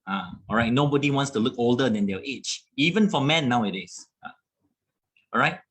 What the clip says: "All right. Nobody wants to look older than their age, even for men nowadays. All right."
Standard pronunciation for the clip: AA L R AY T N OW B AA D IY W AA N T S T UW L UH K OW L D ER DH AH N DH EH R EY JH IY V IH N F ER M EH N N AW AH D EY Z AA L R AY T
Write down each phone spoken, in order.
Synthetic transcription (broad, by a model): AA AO R AY T N OW B AA D IY W AA N T S T UW L UH K OW L D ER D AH N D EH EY CH IY V IH N F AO M EH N N AW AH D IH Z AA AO R AY T